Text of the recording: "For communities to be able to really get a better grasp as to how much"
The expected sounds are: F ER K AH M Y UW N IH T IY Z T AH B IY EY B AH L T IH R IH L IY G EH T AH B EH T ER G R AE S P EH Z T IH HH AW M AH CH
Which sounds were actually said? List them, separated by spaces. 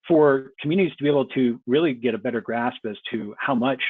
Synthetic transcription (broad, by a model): F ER K M Y UW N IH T IY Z T AH B IY EY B L T IH R IH L IY G EH T AH B EH T ER G R AE S P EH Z T IH HH AW M AH CH